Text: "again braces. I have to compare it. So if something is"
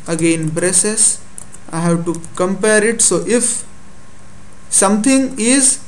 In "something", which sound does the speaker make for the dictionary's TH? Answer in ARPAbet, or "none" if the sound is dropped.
T